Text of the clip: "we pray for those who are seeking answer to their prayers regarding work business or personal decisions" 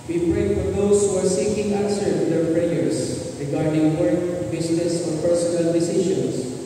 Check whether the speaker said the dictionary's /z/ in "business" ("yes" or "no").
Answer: no